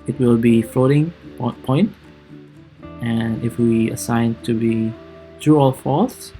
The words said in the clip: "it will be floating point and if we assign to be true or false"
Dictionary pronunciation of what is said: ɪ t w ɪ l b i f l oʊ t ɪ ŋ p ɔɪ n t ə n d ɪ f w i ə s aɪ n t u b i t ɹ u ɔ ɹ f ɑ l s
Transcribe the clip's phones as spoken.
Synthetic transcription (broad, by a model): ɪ t w ɪ l b i f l oʊ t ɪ ŋ p ɔɪ n t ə n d ɪ f w i ə s aɪ n t u b i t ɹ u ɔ l f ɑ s